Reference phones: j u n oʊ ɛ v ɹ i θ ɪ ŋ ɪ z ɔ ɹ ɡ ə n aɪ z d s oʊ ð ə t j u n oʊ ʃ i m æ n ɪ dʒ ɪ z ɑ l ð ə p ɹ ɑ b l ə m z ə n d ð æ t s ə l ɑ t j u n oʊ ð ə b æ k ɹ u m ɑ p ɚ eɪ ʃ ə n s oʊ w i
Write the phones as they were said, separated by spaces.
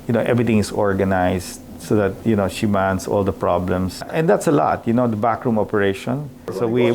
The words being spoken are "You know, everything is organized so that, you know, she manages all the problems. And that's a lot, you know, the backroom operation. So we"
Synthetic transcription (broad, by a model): j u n oʊ ɛ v ɹ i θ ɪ ŋ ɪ s ɔ ɹ ɡ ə n aɪ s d s oʊ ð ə t j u n oʊ ʃ i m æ n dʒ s ɑ l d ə p ɹ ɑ b l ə m s ə n d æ t s ə l ɑ t j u n oʊ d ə b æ k ɹ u m ɑ p ɚ eɪ ʃ ə n s oʊ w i